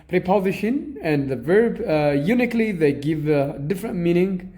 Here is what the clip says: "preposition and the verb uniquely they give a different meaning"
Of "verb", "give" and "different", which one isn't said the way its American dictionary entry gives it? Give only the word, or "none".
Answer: none